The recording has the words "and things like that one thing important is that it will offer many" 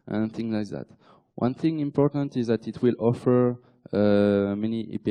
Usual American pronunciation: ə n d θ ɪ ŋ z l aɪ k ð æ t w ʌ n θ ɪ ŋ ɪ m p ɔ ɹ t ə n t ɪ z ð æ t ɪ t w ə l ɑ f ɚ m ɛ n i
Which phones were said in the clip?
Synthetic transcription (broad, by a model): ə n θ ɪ ŋ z l aɪ k ð æ t w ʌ n θ ɪ ŋ ɪ m p ɔ ɹ t ə n t ɪ z ð æ t ɪ t w ə l ɑ f ɚ m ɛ n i